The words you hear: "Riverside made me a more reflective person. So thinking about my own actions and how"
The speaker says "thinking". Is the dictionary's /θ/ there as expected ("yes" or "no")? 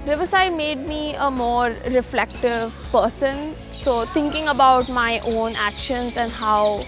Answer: no